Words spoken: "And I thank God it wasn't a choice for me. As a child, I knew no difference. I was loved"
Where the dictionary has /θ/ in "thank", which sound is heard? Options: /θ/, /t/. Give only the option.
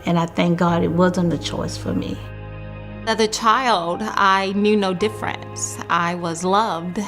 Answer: /θ/